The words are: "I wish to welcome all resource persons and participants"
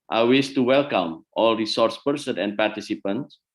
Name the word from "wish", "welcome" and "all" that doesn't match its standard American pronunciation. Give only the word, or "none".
wish